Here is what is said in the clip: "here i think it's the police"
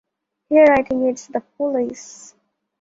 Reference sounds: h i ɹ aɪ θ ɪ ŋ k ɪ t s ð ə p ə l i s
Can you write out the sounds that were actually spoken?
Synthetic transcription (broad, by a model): h i ɹ aɪ t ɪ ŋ ɪ t s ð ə p ə l i s